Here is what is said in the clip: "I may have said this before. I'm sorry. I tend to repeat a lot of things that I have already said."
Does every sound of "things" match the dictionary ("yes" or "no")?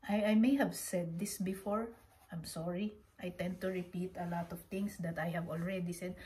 no